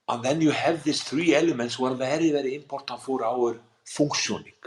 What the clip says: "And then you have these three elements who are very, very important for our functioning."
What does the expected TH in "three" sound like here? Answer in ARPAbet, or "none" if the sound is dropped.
TH